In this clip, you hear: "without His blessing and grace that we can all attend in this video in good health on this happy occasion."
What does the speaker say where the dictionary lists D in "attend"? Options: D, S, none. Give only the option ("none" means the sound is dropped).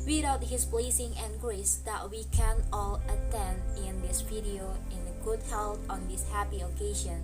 D